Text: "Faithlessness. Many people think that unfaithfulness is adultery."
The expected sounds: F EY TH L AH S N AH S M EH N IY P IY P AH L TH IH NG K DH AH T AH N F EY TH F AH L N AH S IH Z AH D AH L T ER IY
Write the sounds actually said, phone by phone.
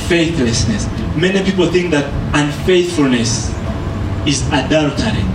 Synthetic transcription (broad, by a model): F EY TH L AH S N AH S M EH N IY P IY P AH L TH IH NG K DH AH T AH N F EY TH F AH L N AH S IH Z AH D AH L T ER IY